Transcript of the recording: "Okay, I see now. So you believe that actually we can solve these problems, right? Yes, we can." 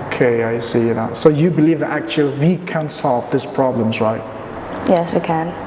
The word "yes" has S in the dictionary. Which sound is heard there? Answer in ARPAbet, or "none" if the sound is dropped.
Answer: S